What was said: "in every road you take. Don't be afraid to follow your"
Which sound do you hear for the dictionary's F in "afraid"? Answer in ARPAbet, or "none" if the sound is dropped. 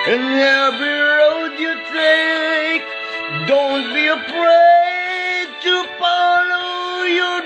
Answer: P